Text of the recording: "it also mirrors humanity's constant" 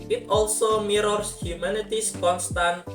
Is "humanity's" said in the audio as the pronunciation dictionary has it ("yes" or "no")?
no